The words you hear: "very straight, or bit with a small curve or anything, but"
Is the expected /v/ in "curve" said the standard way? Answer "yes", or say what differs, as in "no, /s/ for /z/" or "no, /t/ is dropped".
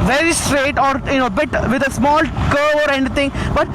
no, /v/ is dropped